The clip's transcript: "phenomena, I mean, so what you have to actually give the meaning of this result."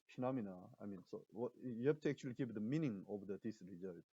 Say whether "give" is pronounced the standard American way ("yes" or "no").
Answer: no